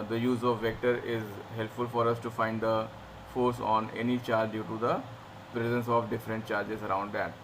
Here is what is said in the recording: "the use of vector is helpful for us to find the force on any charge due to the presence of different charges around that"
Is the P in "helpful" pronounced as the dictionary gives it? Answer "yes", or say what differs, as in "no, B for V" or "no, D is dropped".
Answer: yes